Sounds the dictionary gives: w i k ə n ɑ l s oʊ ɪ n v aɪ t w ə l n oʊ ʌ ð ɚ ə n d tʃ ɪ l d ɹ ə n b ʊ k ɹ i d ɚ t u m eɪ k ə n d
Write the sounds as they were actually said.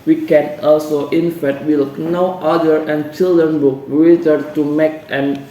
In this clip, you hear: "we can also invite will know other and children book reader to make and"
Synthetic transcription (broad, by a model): w i k ə n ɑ l s oʊ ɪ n f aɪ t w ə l n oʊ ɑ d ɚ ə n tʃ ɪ l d ɹ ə n b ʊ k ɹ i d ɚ t u m eɪ k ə n